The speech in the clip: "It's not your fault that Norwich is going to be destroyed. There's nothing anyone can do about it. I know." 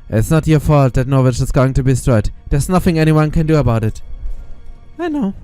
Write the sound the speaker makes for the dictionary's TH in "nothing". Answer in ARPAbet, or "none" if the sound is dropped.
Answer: TH